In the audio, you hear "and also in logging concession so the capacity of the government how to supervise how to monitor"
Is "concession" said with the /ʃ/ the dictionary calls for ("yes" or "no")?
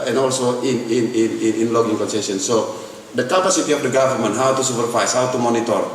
no